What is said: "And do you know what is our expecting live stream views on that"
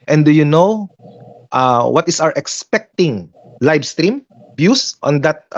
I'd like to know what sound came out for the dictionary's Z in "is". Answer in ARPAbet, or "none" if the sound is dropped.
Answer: S